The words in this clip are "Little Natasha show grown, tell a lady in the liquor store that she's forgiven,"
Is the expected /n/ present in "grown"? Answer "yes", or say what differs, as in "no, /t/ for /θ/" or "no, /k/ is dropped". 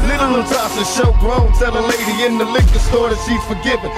no, /l/ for /n/